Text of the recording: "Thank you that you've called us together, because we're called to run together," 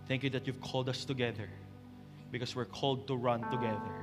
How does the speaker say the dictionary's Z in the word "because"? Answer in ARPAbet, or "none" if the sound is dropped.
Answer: S